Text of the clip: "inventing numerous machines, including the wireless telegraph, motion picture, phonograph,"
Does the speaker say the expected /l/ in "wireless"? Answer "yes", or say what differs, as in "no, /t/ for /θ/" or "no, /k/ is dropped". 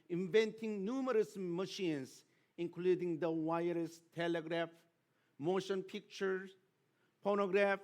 no, /l/ is dropped